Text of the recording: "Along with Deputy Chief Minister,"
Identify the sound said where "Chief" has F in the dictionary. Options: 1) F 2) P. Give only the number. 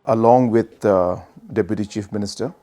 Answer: 1